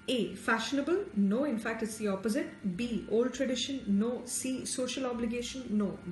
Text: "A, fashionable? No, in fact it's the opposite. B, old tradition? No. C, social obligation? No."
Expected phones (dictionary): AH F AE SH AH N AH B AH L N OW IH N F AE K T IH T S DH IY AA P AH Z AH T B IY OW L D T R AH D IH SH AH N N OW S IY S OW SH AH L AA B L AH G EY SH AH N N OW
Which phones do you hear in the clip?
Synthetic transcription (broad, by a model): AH F AE SH AH N AH B AH L N OW IH N F AE K T IH T S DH IY AA P AH Z AH T B IY OW L D T R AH D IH SH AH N N OW S IY S OW SH AH L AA B L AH G EY SH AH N N OW